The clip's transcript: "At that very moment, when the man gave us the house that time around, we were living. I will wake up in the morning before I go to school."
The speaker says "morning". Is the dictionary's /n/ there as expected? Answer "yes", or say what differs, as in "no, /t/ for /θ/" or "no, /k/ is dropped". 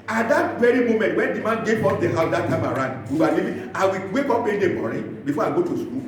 no, /n/ is dropped